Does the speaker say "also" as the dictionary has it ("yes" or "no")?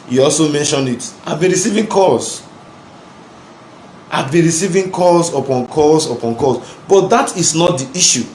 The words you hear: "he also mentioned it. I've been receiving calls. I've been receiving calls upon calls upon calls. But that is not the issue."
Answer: yes